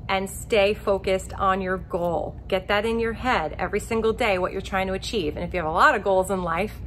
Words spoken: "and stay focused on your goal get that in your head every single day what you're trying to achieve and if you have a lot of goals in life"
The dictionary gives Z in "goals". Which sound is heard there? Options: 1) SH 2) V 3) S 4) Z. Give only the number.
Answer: 4